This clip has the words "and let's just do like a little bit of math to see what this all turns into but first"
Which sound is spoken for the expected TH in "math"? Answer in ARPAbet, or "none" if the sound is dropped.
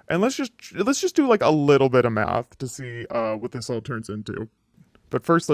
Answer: TH